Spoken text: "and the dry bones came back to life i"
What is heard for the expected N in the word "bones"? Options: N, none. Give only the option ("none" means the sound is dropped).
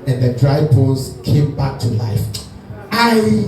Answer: none